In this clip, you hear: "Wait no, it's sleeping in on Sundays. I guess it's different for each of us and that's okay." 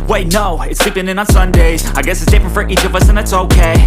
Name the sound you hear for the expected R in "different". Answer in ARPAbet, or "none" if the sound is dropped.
none